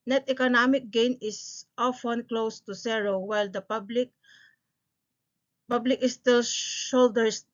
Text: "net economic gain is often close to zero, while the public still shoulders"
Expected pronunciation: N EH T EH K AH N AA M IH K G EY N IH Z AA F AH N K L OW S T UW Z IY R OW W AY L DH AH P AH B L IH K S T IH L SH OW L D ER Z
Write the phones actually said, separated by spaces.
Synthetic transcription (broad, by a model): N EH T EH K AH N AA M IH K G EY N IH S AA F AH N K L OW S T UW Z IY R OW W AY L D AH P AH B L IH K S T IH L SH OW L D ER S